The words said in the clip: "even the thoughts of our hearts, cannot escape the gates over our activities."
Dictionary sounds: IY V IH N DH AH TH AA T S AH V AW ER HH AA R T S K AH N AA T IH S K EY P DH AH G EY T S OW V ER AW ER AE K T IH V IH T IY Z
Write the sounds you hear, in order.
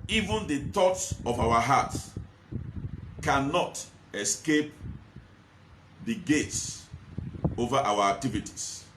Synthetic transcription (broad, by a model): IY V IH N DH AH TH AA T S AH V AW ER HH AA T K AH N AA T IH S K EY P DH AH G EY T S OW V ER AW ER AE K T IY V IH T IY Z